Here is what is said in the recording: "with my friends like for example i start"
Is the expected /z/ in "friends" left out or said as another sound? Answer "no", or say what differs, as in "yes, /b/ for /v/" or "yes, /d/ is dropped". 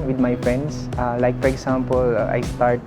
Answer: yes, /s/ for /z/